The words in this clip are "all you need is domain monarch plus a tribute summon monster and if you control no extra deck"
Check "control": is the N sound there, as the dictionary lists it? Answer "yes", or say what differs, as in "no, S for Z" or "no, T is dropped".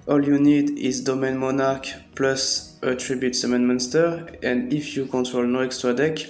yes